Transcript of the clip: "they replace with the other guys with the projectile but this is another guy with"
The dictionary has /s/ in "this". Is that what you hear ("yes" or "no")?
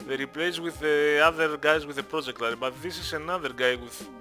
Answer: yes